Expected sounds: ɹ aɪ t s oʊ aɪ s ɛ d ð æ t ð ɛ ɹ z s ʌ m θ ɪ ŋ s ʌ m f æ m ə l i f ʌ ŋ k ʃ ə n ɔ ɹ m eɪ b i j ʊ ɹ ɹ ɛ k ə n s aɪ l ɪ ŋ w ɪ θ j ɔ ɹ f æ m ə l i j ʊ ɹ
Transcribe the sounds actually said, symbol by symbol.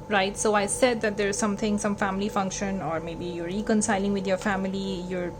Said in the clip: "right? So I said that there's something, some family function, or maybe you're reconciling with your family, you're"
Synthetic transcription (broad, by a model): ɹ aɪ t s oʊ aɪ s ɛ d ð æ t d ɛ ɹ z s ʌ m t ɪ ŋ s ʌ m f æ m ə l i f ʌ ŋ k ʃ ə n ɔ ɹ m eɪ b i j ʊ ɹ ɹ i k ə n s aɪ l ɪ ŋ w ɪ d j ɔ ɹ f æ m ə l i j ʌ ɹ